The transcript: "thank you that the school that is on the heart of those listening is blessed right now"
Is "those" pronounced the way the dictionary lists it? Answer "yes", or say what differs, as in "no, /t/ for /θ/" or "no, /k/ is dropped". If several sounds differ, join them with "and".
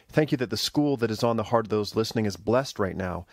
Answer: yes